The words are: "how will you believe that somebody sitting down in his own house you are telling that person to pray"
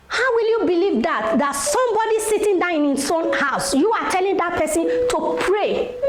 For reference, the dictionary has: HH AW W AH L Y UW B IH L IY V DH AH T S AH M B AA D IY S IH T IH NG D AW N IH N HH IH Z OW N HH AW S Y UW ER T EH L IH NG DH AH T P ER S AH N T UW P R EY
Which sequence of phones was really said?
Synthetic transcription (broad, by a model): HH AW W AH L Y UW B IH L IY V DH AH T S AH M B AA D IY S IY T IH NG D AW IH N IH S OW N HH AW S Y UW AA T EH L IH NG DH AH T P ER S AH N T UW P R EY